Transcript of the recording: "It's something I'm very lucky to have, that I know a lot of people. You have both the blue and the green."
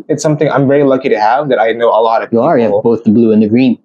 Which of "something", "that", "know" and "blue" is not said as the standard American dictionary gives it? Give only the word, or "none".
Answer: none